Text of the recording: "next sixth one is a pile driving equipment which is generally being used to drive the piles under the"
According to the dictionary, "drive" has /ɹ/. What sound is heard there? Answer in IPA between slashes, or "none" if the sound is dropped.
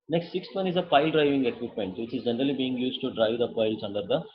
/ɹ/